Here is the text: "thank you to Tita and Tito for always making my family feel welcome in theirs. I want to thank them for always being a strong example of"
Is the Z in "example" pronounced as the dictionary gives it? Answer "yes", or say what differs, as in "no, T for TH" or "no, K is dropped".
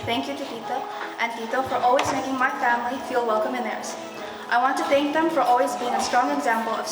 yes